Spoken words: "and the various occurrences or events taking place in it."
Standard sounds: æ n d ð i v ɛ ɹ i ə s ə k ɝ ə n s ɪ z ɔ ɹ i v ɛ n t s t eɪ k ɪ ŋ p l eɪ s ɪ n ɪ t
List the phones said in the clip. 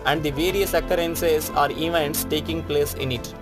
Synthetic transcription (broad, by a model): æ n d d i v ɛ ɹ i ə s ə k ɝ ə n s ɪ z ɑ ɹ i v ɛ n t s t eɪ k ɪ ŋ p l eɪ s ɪ n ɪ t